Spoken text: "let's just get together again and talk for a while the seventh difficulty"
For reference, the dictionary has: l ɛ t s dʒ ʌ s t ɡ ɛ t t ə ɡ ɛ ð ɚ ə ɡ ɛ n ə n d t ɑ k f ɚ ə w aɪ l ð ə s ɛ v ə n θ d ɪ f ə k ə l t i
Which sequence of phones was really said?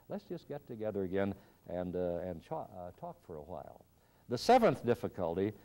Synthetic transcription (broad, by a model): l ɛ t s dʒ ʌ s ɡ ɛ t t ə ɡ ɛ ð ɚ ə ɡ ɛ n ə n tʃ t ɑ k f ɚ ə w aɪ l ð ə s ɛ v ə n θ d ɪ f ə k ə l t i